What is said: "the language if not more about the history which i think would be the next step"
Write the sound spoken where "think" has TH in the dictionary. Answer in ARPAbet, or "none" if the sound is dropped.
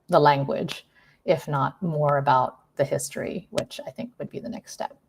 TH